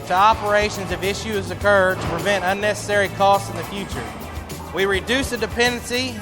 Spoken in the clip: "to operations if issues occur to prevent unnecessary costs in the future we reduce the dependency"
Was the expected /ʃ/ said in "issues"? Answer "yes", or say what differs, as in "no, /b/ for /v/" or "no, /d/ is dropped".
yes